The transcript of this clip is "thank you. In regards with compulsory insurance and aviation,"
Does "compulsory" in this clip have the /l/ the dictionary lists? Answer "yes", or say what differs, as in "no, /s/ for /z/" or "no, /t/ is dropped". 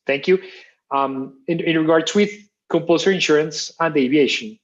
no, /l/ is dropped